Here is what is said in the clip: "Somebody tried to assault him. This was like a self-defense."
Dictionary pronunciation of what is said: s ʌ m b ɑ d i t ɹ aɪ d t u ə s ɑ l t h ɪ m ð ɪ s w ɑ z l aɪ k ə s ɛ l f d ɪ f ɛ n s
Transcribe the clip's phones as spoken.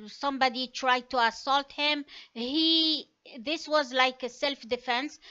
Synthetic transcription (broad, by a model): s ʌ m b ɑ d i t ɹ aɪ d t u ə s ɑ l t h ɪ m ð ɪ s w ɑ z l aɪ k ə s ɛ l f d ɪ f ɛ n s